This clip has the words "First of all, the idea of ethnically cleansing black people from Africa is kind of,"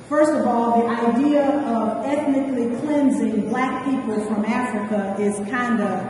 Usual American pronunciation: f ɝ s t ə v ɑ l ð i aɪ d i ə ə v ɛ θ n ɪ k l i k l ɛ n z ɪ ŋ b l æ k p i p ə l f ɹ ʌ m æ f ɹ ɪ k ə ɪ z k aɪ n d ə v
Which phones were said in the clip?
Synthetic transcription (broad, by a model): f ɝ s t ə v ɑ l ð i aɪ d i ə ə v ɛ θ n ɪ k l i k l ɛ n z ɪ ŋ b l æ k p i p ə l f ɹ ʌ m æ f ɹ ɪ k ə ɪ z k aɪ n d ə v